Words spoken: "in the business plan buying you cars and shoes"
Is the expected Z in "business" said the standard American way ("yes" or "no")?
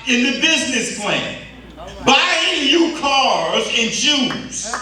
yes